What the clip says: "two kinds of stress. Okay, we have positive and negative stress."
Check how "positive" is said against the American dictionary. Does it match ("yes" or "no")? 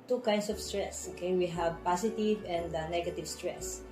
no